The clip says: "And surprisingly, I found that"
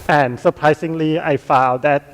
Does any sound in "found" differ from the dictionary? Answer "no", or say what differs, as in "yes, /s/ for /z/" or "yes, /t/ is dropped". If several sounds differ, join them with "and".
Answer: yes, /l/ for /n/